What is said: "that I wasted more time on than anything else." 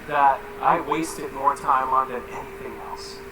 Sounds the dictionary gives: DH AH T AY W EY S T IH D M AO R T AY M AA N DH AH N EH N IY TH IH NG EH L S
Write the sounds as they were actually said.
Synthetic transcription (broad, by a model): DH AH T AY W EY S T IH D M AO R T AY M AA N DH AH N EH N IY TH IH NG EH L S